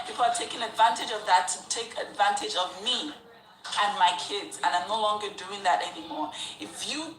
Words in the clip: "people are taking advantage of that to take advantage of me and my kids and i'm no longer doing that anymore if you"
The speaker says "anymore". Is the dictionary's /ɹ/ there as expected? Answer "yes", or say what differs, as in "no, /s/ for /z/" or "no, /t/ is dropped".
yes